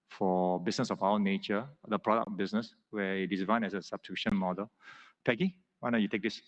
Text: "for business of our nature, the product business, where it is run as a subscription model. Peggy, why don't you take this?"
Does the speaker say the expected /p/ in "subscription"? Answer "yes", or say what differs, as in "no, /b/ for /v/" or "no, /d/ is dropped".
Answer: no, /p/ is dropped